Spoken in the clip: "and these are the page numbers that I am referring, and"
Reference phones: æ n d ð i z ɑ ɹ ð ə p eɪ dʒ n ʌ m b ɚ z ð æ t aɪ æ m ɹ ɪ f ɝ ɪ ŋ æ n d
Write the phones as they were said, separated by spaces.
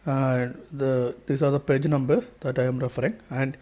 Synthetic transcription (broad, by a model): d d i s ɑ ɹ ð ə p eɪ dʒ n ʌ m b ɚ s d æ t aɪ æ m ɹ ɪ f ɝ ɪ ŋ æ n d